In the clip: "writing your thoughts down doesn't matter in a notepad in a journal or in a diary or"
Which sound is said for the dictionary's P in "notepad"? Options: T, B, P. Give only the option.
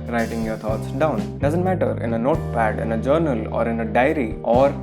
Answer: P